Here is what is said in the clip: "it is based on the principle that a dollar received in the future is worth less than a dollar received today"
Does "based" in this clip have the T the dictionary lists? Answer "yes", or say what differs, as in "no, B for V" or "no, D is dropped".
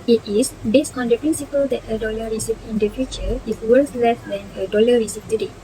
yes